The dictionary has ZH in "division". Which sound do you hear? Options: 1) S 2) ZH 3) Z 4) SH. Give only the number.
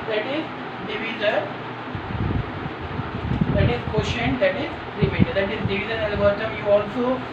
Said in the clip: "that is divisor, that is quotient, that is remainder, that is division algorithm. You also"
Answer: 3